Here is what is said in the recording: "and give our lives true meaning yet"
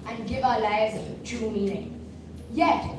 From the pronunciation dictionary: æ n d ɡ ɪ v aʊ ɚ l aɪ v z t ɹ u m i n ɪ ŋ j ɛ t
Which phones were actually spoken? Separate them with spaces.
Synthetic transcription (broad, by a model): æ n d ɡ ɪ v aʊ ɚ l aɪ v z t u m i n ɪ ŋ j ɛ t